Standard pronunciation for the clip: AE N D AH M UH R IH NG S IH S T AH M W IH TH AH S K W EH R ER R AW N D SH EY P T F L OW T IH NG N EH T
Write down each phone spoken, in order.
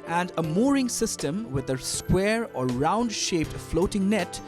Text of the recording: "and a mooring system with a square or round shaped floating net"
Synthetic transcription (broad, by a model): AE N D AH M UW R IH NG S IH S T AH M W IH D AH S K W EH R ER R AW N D SH EY P T F L OW T IH NG N EH T